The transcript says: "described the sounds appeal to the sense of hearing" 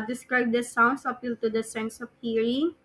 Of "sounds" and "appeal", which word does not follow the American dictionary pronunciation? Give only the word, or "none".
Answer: sounds